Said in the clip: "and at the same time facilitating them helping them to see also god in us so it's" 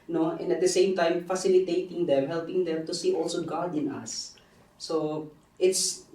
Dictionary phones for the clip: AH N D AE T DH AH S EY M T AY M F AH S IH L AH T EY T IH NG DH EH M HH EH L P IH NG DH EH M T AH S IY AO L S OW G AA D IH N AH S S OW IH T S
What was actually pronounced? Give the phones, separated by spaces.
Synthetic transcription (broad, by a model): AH N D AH T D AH S EY M T AY M F AH S IH L AH T EY T IH NG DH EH M HH EH L P IH NG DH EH M T AH S IY AO L S OW G AA D IH N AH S S OW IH T S